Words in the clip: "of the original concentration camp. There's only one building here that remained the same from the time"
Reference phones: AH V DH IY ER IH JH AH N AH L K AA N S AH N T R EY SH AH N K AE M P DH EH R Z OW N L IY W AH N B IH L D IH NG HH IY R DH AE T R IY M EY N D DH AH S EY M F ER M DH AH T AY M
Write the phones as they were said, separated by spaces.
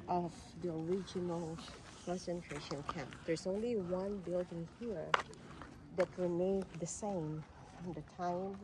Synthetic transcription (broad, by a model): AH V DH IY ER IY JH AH N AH L K AA N S AH N T R EY SH AH N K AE P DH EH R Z OW N L IY W AH N B IH L D IH NG HH IY R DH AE T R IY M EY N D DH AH S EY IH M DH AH T AY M